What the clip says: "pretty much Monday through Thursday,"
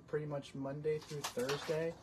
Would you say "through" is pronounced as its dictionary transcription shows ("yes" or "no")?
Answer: yes